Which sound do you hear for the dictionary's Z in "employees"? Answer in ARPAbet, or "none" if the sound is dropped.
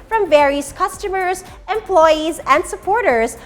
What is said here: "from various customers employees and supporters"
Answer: Z